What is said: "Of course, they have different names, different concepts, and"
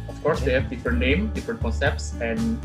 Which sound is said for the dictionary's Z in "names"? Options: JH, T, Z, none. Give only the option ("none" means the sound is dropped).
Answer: none